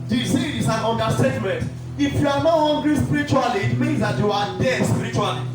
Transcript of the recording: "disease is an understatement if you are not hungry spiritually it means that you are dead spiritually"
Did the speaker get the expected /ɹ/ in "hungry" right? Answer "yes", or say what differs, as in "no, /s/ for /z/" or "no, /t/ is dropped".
no, /l/ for /ɹ/